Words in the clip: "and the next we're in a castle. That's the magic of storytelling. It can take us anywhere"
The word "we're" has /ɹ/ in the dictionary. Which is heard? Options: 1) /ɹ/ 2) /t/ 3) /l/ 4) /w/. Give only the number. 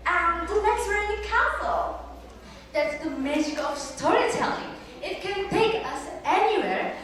3